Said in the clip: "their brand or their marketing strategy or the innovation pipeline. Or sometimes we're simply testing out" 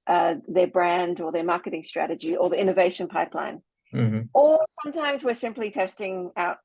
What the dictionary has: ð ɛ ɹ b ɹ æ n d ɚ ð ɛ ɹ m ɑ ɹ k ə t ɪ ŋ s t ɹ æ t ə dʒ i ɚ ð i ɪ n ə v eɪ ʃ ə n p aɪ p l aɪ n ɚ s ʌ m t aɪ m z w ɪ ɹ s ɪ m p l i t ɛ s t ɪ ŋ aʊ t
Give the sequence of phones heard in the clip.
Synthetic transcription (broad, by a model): ð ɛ ɹ b ɹ æ n d ɚ ð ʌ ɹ m ɑ ɹ k ə t ɪ ŋ s t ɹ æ t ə dʒ i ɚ ð i ɪ n ə v eɪ ʃ ə n p aɪ p l aɪ n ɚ s ʌ m t aɪ m z w ɪ ɹ s ɪ m p l i t ɛ s t ɪ ŋ aʊ t